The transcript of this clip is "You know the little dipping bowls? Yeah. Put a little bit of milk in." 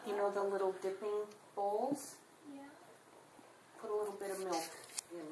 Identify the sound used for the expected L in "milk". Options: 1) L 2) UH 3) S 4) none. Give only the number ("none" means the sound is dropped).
1